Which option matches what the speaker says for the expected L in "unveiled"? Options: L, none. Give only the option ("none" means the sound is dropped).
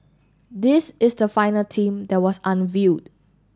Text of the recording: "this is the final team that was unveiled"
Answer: none